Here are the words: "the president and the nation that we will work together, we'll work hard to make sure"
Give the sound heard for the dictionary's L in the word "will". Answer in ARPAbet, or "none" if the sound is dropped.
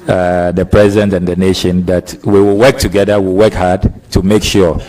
L